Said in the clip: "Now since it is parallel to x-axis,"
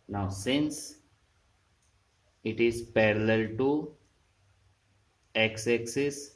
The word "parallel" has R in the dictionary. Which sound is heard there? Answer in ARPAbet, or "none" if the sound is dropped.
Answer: R